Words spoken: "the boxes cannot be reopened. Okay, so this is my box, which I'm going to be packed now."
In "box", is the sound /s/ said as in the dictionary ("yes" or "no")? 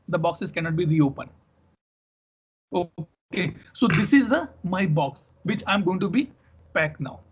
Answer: yes